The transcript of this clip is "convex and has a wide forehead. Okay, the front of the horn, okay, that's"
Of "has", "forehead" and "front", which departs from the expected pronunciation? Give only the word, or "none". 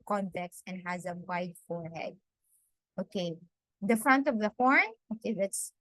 none